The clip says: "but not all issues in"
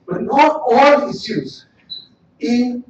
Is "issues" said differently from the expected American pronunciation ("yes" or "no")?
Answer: yes